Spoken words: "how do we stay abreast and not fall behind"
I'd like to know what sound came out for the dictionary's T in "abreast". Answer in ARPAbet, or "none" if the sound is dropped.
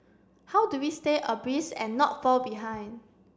none